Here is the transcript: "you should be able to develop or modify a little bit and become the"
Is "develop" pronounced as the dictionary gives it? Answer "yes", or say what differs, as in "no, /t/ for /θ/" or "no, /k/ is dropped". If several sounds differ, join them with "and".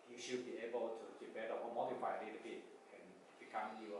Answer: no, /b/ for /v/ and /p/ is dropped